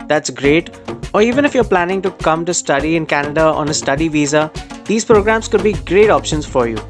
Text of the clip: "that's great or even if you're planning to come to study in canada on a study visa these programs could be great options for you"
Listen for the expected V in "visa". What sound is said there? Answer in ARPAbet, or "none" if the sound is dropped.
V